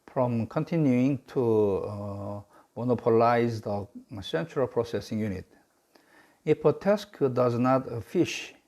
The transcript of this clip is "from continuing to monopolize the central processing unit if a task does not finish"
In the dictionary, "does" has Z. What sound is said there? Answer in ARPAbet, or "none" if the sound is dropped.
Z